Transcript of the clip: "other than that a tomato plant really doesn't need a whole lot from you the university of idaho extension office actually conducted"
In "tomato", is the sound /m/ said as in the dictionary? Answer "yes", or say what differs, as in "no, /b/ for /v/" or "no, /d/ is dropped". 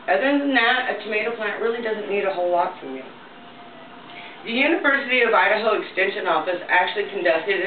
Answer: yes